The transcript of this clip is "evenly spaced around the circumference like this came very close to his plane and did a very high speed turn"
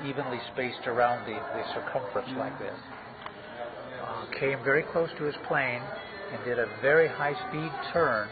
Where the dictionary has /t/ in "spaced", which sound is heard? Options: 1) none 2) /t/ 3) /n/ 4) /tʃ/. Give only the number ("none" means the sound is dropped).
2